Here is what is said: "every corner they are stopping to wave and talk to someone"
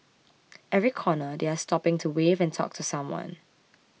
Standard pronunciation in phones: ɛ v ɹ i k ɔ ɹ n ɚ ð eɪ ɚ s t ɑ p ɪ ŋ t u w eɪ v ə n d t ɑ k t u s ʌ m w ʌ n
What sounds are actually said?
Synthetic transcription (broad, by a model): ɛ v ɹ i k ɔ n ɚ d eɪ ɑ s t ɑ p ɪ ŋ t u w eɪ v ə n t ɑ k t u s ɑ m w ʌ n